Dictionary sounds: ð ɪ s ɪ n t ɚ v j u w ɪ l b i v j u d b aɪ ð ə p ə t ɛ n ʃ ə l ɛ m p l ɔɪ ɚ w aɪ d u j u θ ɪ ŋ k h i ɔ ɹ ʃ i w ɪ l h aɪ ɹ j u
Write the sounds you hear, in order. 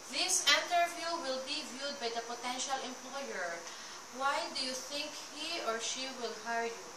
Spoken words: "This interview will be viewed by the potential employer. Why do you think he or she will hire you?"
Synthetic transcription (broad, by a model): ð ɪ s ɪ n t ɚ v j u w ɪ l b i v j u d b aɪ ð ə p ə t ɛ n ʃ ə l ɛ m p l ɔɪ ɚ w aɪ d u j u θ ɪ ŋ k h i ɔ ɹ ʃ i w ɪ l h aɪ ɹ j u